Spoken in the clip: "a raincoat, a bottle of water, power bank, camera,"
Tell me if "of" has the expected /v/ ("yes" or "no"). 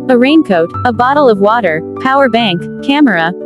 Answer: yes